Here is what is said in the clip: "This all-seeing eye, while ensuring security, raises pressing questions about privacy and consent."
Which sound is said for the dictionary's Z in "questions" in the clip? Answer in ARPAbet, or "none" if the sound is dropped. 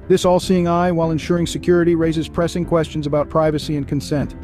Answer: Z